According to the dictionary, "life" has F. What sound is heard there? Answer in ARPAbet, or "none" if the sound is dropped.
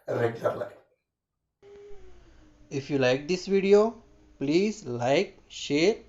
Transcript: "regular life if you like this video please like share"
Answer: none